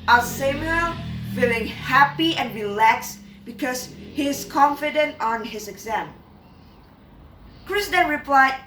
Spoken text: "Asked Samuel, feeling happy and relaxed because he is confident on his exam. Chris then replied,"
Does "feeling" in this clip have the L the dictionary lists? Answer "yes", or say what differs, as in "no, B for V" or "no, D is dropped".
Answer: yes